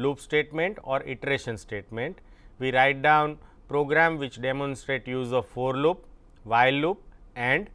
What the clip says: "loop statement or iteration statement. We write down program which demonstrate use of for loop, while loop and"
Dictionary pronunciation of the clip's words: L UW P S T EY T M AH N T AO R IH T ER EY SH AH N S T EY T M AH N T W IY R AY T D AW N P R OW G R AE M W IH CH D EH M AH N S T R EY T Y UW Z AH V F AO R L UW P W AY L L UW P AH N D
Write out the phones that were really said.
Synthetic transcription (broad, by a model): L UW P S T EY T M AH N T AO R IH T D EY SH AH N S T EY T M AH N T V IY R AY T D AW N P R OW G R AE M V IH CH D EH M AH N S T R EY T Y UW Z AH V F AO R L UW P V AY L L UW P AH N D